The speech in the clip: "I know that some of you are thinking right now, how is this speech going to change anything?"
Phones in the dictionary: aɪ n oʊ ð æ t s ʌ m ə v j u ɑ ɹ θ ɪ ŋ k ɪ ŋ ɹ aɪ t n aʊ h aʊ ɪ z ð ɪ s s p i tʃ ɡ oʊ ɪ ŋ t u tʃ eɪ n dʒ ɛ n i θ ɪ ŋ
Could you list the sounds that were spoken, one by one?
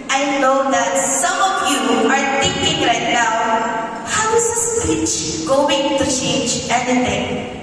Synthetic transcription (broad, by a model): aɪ n oʊ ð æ t s ʌ m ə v j u ɑ ɹ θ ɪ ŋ k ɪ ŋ ɹ aɪ t n aʊ h aʊ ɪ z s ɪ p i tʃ ɡ oʊ ɪ ŋ t u tʃ eɪ n dʒ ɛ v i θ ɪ ŋ